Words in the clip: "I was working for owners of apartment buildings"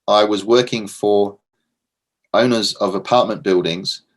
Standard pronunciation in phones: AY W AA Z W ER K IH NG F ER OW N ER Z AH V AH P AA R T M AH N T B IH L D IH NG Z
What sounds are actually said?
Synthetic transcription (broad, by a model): AY W AA Z W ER K IH NG F ER OW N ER Z AH V AH P AA T M AH N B IH L D IH NG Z